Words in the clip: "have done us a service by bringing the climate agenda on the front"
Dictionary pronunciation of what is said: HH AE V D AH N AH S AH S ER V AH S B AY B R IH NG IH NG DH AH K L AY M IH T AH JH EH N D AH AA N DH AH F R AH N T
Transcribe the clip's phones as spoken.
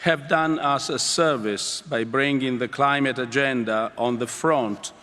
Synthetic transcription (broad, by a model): HH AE V D AH N AH S AH S ER V AH S B AY B R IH NG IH NG DH AH K L AY M IH T AH JH EH N D AH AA N DH AH F R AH N T